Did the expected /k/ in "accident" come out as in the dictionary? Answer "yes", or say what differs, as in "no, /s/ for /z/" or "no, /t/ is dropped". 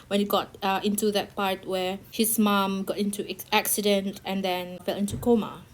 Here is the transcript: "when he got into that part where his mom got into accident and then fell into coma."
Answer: yes